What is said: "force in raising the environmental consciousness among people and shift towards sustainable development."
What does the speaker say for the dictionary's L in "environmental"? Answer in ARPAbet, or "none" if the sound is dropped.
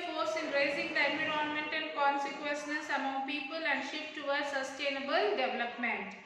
N